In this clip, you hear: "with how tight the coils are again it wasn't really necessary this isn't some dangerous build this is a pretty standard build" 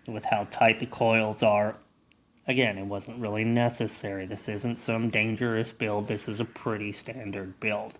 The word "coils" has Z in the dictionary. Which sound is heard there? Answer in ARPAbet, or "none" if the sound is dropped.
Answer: Z